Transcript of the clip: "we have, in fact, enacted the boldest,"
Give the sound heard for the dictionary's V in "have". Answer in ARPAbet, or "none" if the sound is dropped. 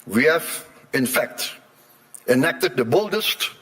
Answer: F